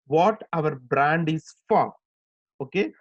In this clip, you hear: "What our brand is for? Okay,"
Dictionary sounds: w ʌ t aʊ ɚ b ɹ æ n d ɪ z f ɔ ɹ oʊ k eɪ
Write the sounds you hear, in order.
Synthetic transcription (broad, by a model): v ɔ t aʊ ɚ b ɹ æ n d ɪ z f ɔ ɹ oʊ k eɪ